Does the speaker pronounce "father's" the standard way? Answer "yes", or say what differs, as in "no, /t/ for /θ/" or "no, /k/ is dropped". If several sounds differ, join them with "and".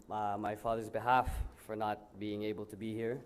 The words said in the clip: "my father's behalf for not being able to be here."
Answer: yes